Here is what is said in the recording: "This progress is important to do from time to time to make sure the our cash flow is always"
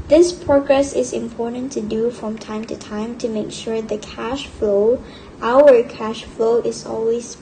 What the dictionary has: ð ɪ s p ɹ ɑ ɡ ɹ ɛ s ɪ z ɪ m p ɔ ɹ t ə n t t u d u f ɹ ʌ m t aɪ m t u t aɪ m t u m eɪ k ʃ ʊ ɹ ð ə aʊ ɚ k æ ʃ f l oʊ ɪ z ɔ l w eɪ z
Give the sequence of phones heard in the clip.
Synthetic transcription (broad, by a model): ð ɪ s p ɹ ɑ ɡ ɹ ɛ s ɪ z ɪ m p ɔ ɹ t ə n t t u d u f ɹ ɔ m t aɪ m t u t aɪ m t u m eɪ k ʃ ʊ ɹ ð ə aʊ ɚ k æ ʃ f l oʊ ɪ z ɔ l w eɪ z